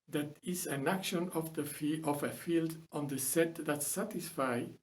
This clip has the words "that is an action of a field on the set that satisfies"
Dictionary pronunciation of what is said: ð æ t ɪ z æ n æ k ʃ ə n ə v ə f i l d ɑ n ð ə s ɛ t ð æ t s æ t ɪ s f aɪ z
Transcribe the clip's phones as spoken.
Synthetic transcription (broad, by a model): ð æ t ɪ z æ n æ k ʃ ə n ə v ə f i l d ɑ n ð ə s ɛ t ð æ t s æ t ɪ s f aɪ